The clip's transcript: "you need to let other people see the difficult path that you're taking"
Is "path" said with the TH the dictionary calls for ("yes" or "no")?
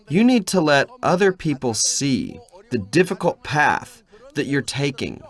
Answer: yes